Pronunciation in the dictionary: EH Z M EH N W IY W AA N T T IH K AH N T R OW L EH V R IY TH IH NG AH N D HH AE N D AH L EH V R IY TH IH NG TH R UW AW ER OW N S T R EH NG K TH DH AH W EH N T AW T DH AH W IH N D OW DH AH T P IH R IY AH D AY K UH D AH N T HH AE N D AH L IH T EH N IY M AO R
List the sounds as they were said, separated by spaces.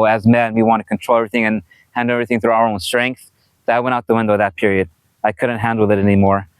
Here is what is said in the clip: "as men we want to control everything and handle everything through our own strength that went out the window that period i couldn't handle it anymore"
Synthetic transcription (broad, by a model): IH Z M EH N W IY W AA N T T IH K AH N T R OW L EH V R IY TH IH NG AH N HH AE N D L EH V R IY TH IH NG TH R UW AW ER OW N S T R EH NG K TH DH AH W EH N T AW T DH AH W IH N D OW DH AH T P IH R IY AH D AY K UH D N T HH AE N D L IH T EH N IY M AO R